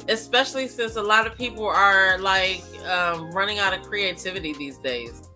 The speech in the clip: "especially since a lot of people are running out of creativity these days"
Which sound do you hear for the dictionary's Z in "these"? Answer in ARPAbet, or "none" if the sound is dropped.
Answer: Z